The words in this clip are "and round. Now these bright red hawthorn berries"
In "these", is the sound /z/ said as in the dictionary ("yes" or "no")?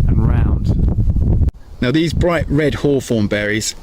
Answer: yes